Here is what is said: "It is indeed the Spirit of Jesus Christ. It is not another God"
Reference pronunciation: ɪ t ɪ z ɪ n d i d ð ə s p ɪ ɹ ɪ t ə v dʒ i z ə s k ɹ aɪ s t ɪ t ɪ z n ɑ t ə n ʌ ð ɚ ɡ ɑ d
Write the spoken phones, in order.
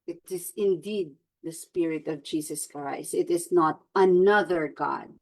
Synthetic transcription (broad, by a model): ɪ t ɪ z ɪ n d i d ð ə s p ɪ ɹ ɪ t ə v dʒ i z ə s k ɹ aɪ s ɪ t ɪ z n ɑ t ə n ʌ ð ɚ ɡ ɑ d